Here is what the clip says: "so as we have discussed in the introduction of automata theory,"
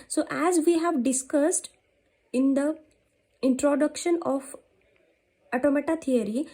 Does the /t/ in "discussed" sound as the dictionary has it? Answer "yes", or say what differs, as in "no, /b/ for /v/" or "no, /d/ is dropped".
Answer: yes